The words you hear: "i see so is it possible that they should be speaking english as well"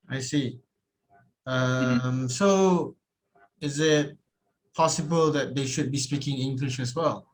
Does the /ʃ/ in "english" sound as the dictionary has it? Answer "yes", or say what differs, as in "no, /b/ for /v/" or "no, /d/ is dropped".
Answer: yes